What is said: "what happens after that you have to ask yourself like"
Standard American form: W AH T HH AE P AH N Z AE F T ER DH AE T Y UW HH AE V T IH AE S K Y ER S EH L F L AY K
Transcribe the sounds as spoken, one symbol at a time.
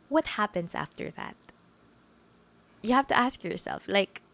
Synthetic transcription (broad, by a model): W AH T HH AE P AH N Z AE F T ER DH AE T Y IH HH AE F T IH AE S K Y ER S EH L F L AY K